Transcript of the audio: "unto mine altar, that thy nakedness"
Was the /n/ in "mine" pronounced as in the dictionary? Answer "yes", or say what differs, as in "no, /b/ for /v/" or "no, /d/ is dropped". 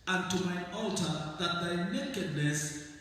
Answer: no, /n/ is dropped